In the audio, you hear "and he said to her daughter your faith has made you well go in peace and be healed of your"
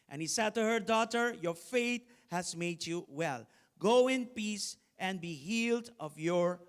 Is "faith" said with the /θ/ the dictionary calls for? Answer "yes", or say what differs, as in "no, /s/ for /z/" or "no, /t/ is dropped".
no, /t/ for /θ/